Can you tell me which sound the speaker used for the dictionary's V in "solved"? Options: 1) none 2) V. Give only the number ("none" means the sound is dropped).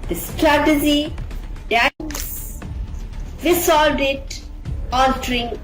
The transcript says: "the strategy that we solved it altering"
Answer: 1